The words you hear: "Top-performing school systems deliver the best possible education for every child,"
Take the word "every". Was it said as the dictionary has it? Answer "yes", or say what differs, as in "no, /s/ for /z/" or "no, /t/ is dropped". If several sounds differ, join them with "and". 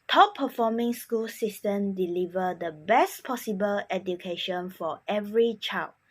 yes